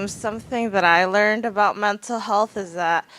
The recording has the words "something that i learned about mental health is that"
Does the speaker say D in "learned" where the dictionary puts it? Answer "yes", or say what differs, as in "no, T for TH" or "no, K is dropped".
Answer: yes